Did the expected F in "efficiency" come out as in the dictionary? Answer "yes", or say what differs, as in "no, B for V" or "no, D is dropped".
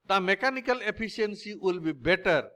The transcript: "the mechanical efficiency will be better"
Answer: no, P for F